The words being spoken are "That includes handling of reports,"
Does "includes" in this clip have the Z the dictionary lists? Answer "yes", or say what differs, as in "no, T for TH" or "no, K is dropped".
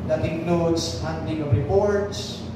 no, S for Z